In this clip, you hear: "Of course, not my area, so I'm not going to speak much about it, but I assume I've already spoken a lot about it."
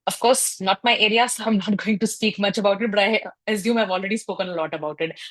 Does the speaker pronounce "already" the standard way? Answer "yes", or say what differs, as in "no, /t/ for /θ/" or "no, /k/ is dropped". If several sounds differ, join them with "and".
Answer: yes